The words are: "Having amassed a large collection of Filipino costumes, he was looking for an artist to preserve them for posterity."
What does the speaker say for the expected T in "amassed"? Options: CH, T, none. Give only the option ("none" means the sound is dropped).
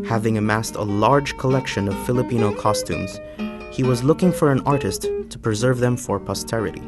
T